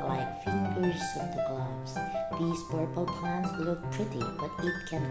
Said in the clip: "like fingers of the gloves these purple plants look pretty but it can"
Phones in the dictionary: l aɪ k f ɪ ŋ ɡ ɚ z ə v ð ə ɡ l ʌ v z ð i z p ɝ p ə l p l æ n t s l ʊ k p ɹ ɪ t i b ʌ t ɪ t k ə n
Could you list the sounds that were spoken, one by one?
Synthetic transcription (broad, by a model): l aɪ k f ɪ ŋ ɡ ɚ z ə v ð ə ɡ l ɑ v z ð i z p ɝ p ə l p æ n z l ʊ k p ɹ ɪ t i b ʌ t ɪ t k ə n